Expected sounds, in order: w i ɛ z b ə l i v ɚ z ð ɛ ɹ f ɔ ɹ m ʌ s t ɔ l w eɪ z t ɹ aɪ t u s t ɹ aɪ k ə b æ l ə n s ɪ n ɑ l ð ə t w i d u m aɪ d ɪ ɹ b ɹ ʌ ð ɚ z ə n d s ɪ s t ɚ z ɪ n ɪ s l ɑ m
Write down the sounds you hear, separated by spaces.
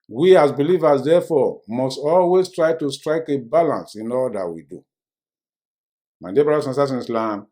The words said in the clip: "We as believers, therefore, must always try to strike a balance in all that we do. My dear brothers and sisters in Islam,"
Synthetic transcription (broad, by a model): w i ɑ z b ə l i v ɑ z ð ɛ f ɔ m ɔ s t ɔ l w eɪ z t ɹ aɪ t u s t ɹ aɪ k ə b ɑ l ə n s ɪ n ɑ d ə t w i d u m aɪ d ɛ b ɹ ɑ ɑ s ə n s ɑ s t ɪ n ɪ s l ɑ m